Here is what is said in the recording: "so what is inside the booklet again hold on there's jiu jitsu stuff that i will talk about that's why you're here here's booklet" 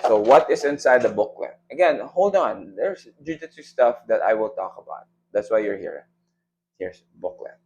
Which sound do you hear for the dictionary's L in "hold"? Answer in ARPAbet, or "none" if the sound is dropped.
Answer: L